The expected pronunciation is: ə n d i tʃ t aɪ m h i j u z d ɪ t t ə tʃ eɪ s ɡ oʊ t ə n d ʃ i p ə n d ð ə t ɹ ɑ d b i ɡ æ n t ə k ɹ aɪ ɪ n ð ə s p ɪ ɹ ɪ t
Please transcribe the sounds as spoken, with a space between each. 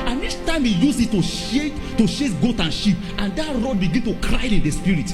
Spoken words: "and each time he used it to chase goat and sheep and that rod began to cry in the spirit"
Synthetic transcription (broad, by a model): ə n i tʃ t aɪ m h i j u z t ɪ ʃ t ə ʃ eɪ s ɡ oʊ t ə n ʃ i p ə n d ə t ɹ ɑ d b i ɡ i n t ə k ɹ aɪ ɪ n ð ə s p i ɹ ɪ t